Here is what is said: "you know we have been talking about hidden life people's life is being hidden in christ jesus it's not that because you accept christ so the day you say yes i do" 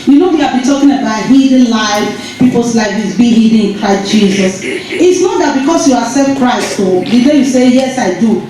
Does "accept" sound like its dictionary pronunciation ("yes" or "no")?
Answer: no